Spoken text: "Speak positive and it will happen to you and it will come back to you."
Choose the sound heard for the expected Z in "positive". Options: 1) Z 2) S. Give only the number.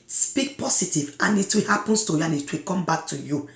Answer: 2